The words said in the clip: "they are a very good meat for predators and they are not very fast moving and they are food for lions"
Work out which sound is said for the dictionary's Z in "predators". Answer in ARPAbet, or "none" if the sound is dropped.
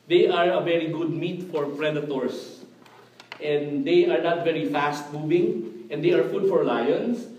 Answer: S